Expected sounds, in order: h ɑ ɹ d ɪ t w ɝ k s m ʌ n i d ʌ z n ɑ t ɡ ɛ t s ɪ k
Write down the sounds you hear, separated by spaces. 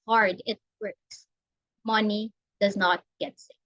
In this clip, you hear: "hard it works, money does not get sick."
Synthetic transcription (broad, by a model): h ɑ ɹ d ɪ t w ɝ k s m ʌ n i d ʌ z n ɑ t ɡ ɛ t s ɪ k